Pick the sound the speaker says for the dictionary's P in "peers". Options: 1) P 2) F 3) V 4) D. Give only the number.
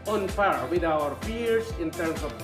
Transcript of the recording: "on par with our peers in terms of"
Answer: 2